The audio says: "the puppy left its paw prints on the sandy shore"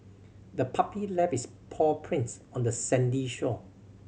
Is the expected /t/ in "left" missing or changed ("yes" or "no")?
yes